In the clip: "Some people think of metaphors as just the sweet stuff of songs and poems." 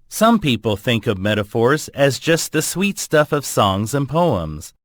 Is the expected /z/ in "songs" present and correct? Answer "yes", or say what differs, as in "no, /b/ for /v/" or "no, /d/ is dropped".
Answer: yes